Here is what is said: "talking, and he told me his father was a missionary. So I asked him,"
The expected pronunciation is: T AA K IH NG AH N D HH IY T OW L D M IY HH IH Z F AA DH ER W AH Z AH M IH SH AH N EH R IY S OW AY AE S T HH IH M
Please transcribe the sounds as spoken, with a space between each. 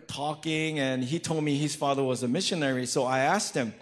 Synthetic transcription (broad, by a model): T AA K IH NG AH N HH IY T OW L D M IY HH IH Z F AA DH ER W AH Z AH M IH SH AH N EH R IY S OW AY AE S T HH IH M